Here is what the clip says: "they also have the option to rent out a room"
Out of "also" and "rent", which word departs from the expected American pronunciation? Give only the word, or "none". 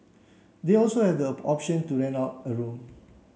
rent